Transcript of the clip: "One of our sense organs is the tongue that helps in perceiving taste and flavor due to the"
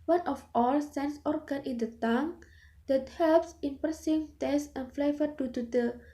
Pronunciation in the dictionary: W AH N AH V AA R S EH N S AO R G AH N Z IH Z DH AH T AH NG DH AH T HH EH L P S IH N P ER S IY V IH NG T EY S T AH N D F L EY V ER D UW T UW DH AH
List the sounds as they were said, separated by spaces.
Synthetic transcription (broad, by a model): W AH N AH F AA L S EH N S AO R G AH N IH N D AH T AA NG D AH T HH EH L P S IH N P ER S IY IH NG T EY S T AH N F L EY V ER D UW T UW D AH